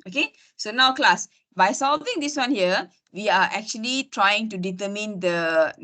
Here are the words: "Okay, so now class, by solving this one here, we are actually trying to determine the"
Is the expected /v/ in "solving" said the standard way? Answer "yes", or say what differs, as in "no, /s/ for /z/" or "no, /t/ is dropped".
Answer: yes